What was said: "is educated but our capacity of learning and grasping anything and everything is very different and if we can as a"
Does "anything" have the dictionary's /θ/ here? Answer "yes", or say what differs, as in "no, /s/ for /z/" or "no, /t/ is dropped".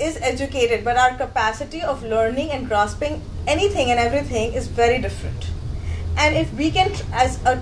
no, /t/ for /θ/